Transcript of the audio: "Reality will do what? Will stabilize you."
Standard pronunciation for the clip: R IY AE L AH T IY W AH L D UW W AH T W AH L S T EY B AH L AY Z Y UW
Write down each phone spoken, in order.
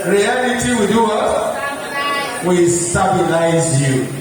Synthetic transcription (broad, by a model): R IY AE L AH T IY W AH D UW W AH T W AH S T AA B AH N AY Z Y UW